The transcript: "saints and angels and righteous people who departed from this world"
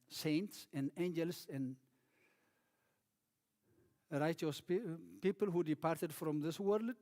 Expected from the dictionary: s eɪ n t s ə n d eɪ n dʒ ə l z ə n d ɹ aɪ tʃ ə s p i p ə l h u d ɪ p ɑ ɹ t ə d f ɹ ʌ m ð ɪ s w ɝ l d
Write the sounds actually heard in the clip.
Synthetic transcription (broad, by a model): s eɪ n t s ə n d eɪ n dʒ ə l s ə n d ɹ aɪ tʃ ə s p i p ə l h u d ɪ p ɑ ɹ t ə d f ɹ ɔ m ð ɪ s w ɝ l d